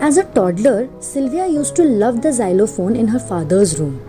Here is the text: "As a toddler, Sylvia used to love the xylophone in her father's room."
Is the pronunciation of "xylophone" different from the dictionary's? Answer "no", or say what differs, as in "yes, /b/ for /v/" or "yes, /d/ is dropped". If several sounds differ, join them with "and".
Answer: no